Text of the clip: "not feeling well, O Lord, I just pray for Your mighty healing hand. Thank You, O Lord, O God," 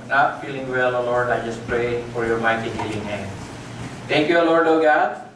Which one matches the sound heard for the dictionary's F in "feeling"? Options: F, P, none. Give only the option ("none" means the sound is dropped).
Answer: F